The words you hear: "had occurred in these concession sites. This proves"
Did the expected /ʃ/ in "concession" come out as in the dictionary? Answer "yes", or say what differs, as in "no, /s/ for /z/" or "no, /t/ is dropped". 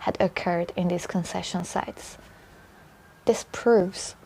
yes